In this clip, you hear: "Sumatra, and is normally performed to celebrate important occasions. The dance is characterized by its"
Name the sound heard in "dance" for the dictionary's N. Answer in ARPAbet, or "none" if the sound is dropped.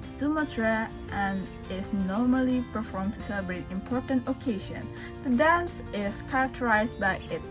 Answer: N